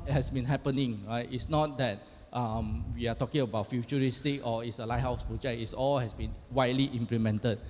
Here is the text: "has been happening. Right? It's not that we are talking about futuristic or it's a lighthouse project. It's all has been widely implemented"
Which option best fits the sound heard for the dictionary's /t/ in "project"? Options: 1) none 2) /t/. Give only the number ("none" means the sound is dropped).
1